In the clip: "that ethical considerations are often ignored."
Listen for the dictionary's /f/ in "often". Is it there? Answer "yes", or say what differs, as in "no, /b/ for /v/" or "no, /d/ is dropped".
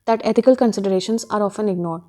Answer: yes